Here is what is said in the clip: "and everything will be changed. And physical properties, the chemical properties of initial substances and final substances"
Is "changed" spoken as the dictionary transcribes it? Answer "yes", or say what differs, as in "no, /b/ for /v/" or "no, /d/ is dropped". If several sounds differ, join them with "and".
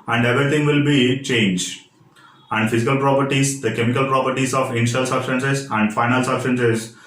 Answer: no, /d/ is dropped